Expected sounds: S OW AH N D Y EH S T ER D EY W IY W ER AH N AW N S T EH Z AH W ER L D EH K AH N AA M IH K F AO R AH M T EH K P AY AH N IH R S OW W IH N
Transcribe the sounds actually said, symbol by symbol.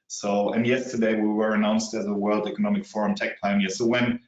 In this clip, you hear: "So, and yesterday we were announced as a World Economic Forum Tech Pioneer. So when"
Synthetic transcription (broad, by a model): S OW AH N Y EH S T ER D EY W IY W ER AH N AW N S T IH Z AH W ER L D EH K AH N AA M IH K F AO R AH M T EH K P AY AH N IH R S OW W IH N